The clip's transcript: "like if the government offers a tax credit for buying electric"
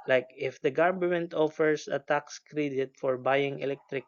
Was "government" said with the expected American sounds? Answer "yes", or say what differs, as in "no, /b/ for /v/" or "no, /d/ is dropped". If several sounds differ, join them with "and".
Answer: no, /b/ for /v/